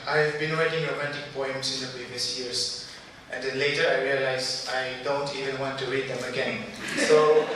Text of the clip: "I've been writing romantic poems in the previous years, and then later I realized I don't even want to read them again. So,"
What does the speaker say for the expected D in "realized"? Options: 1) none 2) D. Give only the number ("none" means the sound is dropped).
1